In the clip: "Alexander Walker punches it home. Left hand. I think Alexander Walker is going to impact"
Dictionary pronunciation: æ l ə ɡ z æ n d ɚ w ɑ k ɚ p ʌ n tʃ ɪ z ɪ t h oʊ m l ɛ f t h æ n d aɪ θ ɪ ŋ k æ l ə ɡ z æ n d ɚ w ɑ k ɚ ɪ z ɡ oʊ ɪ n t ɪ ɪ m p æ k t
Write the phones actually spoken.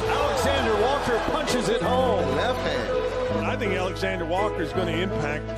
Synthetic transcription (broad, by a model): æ l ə ɡ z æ n d ɚ w ɑ k ɚ p ʌ n tʃ ɪ z ɪ t h oʊ m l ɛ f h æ aɪ θ ɪ ŋ k æ l ə ɡ z æ n d ɚ w ɑ k ɚ ɪ z ɡ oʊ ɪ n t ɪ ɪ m p æ k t